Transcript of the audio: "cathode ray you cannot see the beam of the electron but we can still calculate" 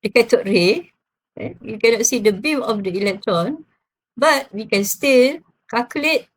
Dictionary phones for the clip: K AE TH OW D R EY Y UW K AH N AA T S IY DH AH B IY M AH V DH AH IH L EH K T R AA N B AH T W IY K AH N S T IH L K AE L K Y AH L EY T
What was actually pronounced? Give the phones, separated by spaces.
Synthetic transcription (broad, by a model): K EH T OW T R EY Y UW K AH N AA T S IY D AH B IY M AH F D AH IH L EH K T R AA N B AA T W IY K AH N S T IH L K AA K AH L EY T